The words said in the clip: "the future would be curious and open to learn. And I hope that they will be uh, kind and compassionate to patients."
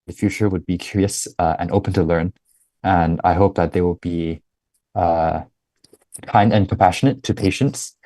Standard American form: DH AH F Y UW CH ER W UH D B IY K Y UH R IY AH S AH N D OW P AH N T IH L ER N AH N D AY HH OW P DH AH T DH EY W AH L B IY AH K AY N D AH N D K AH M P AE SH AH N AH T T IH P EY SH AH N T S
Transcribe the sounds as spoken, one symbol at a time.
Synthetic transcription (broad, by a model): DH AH F Y UW CH ER W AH D B IY K Y UH R IY AH S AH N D OW P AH N T IH L ER N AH N AY HH OW P DH AH T DH EY W AH L B IY AH K AY N D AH N K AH M P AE SH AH N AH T T IH P EY SH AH N T S